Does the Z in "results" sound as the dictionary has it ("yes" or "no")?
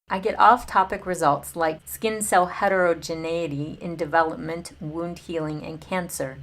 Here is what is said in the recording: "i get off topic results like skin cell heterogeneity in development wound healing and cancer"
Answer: yes